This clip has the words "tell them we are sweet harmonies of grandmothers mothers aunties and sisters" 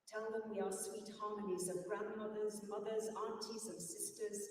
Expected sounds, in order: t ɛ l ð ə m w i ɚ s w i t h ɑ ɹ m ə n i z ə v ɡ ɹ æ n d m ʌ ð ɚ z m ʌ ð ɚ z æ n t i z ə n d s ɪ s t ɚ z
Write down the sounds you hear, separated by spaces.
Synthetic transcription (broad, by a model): t ɛ l ð ə m w i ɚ s w i t h ɑ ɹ m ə n i z ə v ɡ ɹ æ n d m ʌ ð ɚ z m ʌ ð ɚ z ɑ n t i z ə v s ɪ s t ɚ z